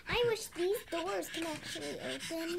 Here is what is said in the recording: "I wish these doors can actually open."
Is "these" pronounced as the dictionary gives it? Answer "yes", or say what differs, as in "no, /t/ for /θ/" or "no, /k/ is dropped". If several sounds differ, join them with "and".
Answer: yes